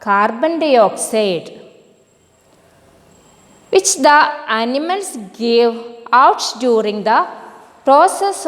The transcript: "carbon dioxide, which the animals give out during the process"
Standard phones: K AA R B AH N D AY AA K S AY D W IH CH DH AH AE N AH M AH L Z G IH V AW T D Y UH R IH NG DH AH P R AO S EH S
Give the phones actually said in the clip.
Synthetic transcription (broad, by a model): K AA R B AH N D AY AA K S AY D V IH CH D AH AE N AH M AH L S G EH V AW T D Y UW R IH NG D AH P R AO S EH S